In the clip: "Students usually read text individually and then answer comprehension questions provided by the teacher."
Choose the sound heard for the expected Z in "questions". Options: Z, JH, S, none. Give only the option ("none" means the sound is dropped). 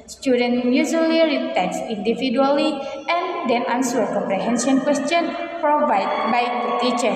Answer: none